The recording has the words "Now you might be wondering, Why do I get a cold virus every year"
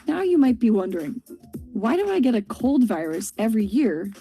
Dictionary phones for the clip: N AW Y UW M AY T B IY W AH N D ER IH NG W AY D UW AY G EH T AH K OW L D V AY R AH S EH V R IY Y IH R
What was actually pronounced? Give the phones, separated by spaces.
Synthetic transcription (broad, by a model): N AW Y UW M AY T B IY W AH N D ER IH NG W AY D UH AY G EH T AH K OW L D V AY R AH S EH V R IY Y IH R